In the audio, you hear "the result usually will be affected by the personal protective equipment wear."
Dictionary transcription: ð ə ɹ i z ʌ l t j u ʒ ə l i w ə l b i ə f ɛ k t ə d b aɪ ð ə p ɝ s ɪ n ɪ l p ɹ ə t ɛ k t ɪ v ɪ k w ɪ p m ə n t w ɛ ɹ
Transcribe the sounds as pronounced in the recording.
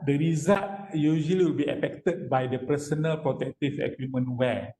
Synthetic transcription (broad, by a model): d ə ɹ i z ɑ t j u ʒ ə l i w ə l b i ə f ɛ k t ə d b aɪ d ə p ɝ s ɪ n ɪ l p ɹ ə t ɛ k t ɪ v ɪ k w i m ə n w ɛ